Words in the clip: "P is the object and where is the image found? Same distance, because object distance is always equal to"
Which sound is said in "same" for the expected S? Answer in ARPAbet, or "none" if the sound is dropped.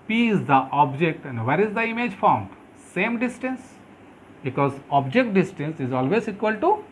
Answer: S